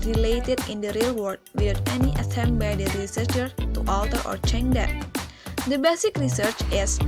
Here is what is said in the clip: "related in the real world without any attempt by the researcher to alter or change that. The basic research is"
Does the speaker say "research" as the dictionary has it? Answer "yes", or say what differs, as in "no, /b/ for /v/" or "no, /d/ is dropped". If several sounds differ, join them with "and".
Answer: yes